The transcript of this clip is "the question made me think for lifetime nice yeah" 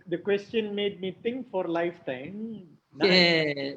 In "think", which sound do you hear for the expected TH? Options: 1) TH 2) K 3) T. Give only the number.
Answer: 3